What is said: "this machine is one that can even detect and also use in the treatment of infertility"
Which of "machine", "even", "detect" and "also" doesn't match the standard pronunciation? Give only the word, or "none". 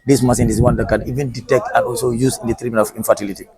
machine